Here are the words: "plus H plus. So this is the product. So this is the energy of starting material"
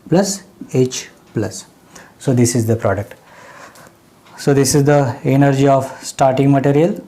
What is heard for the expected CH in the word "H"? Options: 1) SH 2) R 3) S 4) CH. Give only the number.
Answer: 4